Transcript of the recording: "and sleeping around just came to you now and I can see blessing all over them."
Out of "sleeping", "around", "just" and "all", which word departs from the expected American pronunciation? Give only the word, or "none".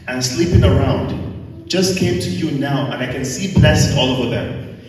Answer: none